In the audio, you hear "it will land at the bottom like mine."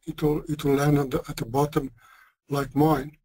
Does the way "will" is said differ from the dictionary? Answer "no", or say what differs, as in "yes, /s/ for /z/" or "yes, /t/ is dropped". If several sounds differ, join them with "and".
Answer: yes, /w/ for /l/